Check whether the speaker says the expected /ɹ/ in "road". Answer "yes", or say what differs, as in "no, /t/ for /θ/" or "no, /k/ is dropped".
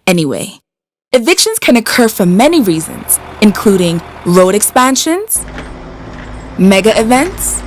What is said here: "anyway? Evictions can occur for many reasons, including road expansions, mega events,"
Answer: no, /l/ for /ɹ/